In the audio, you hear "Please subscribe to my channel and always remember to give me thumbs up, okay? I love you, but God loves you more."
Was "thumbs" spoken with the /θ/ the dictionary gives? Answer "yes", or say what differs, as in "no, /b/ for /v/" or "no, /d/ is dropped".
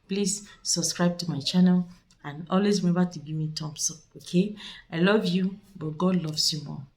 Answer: no, /t/ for /θ/